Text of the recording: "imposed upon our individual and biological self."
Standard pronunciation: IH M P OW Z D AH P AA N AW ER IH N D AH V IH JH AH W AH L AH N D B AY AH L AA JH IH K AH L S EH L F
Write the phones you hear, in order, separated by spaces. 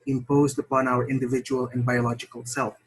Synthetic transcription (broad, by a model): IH M P OW Z D AH P AA N AW ER IH N D AH V IH JH AH W AH L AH N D B AY AH L AA JH IH K AH L S EH L F